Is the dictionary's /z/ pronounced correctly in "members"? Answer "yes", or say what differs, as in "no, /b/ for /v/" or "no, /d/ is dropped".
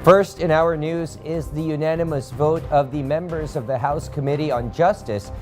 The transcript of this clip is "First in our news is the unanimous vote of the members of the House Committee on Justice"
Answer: yes